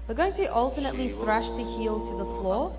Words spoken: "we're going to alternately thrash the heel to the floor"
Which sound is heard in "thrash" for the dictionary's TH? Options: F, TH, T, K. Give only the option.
TH